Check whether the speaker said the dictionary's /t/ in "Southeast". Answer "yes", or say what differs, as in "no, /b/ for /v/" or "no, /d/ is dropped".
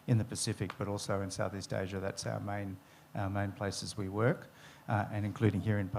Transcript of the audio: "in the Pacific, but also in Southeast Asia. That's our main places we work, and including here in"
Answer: yes